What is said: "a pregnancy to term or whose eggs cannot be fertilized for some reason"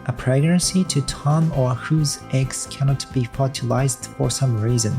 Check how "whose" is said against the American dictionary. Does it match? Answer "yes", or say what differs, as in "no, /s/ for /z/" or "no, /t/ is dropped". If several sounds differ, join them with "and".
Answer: yes